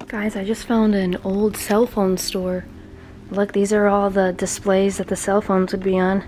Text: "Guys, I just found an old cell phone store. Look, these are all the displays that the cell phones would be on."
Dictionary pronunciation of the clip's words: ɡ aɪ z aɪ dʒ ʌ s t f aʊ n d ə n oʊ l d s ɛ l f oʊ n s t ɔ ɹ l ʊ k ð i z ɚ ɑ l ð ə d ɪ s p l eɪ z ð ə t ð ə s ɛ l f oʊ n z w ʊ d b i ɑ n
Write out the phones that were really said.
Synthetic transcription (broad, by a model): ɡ aɪ z aɪ dʒ ʌ s t f aʊ n d ə n oʊ l d s ɛ l f oʊ n s t ɔ ɹ l ʊ k ð i z ɚ ɑ l ð ə d ɪ s p l eɪ z ð ə t ð ə s ɛ l f oʊ n z w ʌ d b i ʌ n